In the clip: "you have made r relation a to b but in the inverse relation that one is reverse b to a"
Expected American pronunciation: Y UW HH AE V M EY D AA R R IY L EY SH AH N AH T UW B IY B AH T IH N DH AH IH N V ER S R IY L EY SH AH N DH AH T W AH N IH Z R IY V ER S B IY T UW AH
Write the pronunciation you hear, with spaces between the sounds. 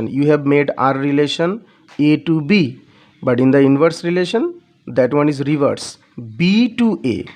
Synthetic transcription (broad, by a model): Y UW HH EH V M EY D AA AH R IY L EY SH AH N AH T UW B IY B AH T IH N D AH IH N V ER S R IY L EY SH AH N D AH T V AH N IH Z R IY V ER S B IY T UW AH